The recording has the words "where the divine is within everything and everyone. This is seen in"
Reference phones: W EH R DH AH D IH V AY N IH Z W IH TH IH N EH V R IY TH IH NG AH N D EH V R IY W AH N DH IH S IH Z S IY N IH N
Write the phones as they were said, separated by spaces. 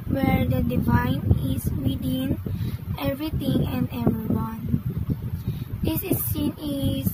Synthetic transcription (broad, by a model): W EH R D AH D IH V AY N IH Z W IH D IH N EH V R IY T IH NG AH N D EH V R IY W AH N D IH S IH S IY N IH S